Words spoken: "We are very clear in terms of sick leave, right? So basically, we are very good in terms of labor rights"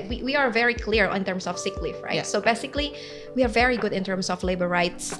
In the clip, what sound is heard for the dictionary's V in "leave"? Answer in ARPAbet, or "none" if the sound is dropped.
F